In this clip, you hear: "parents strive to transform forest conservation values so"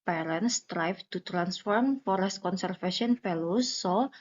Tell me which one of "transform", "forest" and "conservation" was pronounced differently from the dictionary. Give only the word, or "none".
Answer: conservation